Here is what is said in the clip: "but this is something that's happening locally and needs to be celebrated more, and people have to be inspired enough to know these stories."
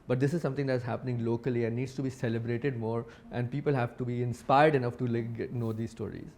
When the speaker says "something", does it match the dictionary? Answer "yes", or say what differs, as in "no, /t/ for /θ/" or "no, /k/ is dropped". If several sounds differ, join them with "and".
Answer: no, /t/ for /θ/